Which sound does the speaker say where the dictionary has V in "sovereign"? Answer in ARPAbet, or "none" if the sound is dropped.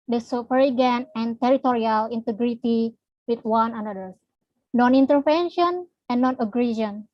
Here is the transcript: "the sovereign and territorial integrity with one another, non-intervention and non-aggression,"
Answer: P